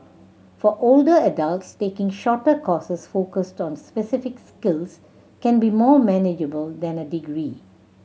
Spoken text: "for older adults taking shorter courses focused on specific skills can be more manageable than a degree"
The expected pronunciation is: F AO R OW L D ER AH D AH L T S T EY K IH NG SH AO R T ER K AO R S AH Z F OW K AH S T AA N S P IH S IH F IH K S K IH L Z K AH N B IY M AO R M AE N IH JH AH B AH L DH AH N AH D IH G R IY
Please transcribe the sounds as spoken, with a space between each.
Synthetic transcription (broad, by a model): F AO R OW L D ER AH D AH L T S T EY K IH NG SH AO T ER K AO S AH S F OW K AH S T AA N S P IH S IH F IH K S K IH L S K AH N B IY M AO M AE N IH JH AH B AH L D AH N AH D IH G R IY